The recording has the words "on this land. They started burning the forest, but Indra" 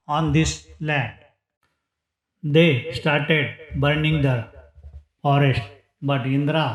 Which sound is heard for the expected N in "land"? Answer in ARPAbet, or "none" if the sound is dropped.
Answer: none